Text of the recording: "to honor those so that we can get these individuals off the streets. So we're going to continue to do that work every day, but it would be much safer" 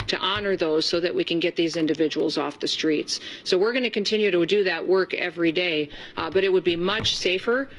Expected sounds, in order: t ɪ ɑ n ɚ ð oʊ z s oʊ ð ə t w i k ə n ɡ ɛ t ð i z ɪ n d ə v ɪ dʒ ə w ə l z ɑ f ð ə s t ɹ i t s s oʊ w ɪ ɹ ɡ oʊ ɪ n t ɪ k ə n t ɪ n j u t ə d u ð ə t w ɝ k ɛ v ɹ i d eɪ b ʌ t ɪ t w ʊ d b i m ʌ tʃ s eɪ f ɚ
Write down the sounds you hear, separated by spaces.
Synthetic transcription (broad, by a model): t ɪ ɑ n ɚ ð oʊ z s oʊ ð ə t w i k ə n ɡ ɛ t ð i z ɪ n d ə v ɪ dʒ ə w l z ɑ f ð ə s t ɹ i t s s oʊ w ɪ ɹ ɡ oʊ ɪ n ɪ k ə n t ɪ n j u t ə d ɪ ð ə t w ɝ k ɛ v ɹ i d eɪ b ʌ t ɪ t w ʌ d b i m ʌ tʃ s eɪ f ɚ